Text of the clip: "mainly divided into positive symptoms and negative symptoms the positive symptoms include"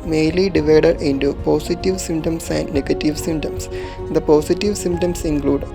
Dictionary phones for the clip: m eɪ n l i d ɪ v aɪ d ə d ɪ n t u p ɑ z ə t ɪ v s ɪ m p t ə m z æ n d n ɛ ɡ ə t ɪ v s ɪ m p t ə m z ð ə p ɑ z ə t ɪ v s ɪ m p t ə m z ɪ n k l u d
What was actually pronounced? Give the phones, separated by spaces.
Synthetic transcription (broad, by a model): m eɪ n l i d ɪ v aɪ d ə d ɪ n t u p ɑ s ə t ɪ v s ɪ m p t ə m s æ n d n ɛ ɡ ə t ɪ v s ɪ m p t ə m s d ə p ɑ s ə t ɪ v s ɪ m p t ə m s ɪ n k l u d